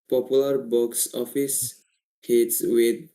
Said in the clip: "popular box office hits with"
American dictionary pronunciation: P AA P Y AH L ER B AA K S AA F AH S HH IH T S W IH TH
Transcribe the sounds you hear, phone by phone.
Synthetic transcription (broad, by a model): P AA P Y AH L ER B AA K S AA F AH S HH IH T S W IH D